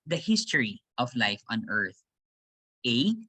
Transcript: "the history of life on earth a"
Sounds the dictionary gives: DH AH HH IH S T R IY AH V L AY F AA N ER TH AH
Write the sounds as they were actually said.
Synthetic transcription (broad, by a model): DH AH HH IH S T R IY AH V L AY F AA N ER TH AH